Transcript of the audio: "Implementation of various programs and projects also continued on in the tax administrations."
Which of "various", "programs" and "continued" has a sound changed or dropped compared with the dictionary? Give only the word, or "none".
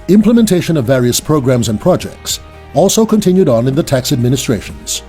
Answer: none